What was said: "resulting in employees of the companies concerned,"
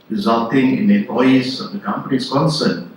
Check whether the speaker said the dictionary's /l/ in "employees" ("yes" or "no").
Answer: no